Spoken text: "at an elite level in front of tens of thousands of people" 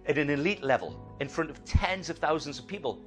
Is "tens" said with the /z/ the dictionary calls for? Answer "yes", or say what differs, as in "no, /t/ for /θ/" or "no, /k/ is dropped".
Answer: yes